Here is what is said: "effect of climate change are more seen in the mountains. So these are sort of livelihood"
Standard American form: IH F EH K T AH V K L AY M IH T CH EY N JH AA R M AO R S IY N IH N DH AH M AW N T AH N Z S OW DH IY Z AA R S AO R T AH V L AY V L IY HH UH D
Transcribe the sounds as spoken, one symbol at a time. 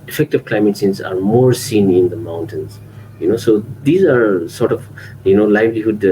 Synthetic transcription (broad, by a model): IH F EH K T AH V K L AY M IH T S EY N Z AA R M AO R S IY N IH N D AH M AW N T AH N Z S OW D IY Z AA R S AO R T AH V L AY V L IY HH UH D